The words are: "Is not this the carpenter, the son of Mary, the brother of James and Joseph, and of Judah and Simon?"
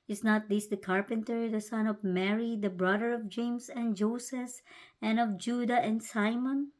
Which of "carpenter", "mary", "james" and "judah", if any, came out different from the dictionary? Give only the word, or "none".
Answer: james